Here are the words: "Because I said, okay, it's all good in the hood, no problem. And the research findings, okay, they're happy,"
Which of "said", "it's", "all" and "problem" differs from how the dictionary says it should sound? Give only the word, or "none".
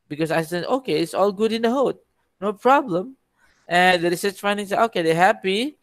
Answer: said